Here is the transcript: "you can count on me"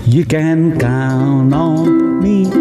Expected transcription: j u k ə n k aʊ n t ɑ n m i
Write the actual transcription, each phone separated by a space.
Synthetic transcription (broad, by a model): j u k ə n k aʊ n ɑ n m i